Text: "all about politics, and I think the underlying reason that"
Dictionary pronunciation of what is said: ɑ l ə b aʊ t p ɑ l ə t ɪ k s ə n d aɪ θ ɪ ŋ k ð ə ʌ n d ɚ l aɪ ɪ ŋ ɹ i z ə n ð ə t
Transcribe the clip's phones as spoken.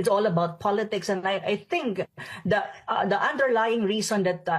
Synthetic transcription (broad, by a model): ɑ l ə b aʊ t p ɑ l ə t ɪ k s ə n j aɪ θ ɪ ŋ k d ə ʌ n d ɚ l aɪ ɪ ŋ ɹ i s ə n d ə t